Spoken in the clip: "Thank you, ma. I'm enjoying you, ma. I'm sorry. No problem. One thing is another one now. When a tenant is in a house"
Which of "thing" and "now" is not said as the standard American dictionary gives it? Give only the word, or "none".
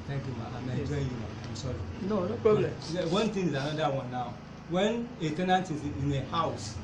thing